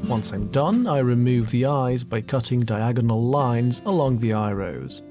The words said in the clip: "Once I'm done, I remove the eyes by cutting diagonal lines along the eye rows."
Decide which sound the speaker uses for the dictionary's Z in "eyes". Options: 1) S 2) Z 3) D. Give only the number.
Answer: 2